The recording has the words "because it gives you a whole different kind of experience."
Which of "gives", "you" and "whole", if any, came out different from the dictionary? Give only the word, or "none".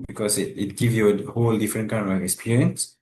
gives